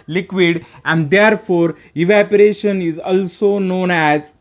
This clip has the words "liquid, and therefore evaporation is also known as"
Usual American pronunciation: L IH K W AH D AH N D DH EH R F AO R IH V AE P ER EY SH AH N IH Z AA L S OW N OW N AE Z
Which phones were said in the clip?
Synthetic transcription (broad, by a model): L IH K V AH D AH N D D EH R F AO R IH V AE P ER EY SH AH N IH Z AA L S OW N OW N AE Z